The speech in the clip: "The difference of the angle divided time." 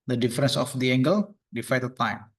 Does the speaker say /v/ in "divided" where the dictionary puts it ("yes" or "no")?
no